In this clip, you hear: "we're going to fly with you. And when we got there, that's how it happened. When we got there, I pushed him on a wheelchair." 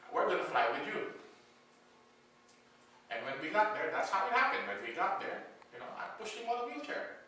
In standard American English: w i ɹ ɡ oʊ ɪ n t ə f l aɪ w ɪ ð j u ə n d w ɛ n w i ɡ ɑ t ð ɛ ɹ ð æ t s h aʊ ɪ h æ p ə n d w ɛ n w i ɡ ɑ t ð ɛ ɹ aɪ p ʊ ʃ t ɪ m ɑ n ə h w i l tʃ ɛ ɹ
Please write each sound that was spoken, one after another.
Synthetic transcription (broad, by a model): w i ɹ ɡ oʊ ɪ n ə f l aɪ w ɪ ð j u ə n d w ɛ n w i ɡ ɑ t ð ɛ ɹ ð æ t s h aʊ ɪ h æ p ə n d w ɛ n w i ɡ ɑ t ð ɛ ɹ aɪ p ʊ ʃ ɪ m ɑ l ə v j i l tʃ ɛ ɹ